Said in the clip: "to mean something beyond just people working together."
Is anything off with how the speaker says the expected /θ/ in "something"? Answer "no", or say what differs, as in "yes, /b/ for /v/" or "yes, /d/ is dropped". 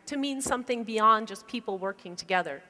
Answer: no